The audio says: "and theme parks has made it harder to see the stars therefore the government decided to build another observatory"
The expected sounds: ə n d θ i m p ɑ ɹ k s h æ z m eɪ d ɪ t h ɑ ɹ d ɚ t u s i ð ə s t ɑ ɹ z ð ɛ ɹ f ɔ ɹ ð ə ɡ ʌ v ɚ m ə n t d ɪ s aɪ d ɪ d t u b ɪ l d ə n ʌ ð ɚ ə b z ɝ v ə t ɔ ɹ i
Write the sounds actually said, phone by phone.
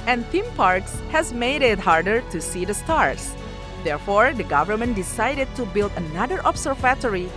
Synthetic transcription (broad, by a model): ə n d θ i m p ɑ ɹ k s h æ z m eɪ d ɪ t h ɑ ɹ d ɚ t u s i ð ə s t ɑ ɹ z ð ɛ ɹ f ɔ ɹ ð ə ɡ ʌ v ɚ m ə n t d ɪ s aɪ d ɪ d t u b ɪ l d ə n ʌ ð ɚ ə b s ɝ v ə t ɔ ɹ i